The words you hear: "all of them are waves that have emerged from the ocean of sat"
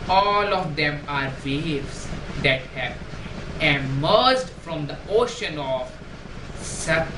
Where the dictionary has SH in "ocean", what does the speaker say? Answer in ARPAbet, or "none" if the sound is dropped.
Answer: SH